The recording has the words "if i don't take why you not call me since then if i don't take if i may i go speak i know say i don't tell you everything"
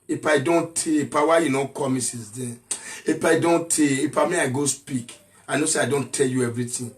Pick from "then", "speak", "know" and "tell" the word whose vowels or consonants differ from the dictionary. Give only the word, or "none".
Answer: then